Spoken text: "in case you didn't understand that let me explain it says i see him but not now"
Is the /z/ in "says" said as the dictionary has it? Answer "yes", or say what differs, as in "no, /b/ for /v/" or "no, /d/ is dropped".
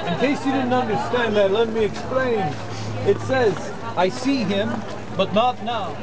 yes